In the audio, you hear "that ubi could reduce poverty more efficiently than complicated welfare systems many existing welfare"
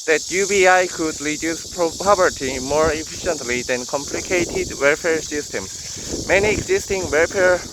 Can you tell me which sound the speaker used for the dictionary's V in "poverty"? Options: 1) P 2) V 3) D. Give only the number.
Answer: 1